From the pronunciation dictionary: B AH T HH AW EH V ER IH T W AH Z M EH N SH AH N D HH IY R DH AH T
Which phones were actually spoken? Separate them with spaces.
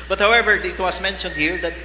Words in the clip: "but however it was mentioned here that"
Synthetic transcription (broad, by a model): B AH T HH AW EH V ER IH T W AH S M EH N SH AH N D HH IY R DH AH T